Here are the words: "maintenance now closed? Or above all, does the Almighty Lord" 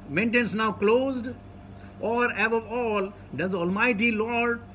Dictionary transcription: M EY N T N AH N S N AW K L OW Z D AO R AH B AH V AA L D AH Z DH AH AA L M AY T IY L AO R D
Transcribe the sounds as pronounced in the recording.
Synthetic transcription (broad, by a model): M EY N T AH N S N AW K L OW Z D AO R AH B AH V AA L D AH Z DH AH AA L M AY T IY L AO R D